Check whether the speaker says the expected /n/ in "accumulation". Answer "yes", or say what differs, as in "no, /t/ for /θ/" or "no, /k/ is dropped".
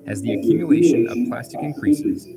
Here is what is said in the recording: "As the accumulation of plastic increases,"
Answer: no, /n/ is dropped